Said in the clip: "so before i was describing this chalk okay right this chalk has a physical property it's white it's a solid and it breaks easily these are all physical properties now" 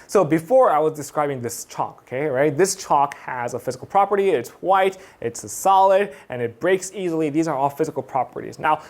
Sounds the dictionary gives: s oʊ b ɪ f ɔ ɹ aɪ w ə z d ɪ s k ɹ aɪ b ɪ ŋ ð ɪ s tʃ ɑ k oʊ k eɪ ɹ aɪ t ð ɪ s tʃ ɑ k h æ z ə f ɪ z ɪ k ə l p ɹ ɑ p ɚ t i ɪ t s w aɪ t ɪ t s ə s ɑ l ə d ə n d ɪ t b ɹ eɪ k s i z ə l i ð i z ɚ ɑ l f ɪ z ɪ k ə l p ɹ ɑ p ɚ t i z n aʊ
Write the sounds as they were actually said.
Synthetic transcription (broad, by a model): s oʊ b ɪ f ɔ ɹ aɪ w ə z d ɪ s k ɹ aɪ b ɪ ŋ ð ɪ s tʃ ɑ k oʊ k eɪ ɹ aɪ t ð ɪ s tʃ ɑ k h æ z ə f ɪ z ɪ k l p ɹ ɑ p ɚ t i ɪ t s w aɪ t ɪ t s s ɑ l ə d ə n ɪ t b ɹ eɪ k s i z l i ð i z ɚ ɑ l f ɪ z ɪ k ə l p ɹ ɑ p ɚ t i z n aʊ